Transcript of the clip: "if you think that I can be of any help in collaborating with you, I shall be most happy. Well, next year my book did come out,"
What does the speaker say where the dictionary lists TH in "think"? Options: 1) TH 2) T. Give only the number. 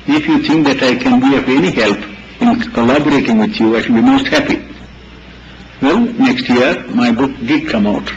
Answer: 2